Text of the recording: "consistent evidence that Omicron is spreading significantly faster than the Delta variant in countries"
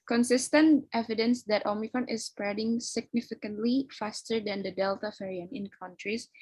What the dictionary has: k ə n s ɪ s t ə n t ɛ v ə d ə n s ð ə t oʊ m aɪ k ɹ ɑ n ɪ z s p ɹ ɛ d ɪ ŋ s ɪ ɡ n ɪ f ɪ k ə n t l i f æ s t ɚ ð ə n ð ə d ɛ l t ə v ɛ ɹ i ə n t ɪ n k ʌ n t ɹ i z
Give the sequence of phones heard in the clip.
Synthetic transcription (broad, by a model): k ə n s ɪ s t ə n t ɛ v ə d ə n s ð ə t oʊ m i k ɹ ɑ n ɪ s p ɹ ɛ d ɪ ŋ s ɪ ɡ n ɪ f ɪ k ə n t l i f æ s t ɚ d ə n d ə d ɛ l t ə f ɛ ɹ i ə n ɪ n k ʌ n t ɹ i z